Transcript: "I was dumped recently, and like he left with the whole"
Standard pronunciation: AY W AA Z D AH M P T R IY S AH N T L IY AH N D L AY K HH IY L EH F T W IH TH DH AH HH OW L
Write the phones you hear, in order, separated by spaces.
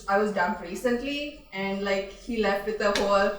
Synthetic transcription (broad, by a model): AY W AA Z D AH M T R IY S AH N T L IY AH N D L AY K HH IY L EH F T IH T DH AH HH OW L